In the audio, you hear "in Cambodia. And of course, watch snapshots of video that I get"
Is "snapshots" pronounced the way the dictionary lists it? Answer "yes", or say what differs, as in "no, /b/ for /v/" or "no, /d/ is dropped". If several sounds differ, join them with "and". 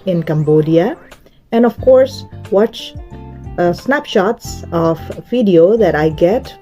yes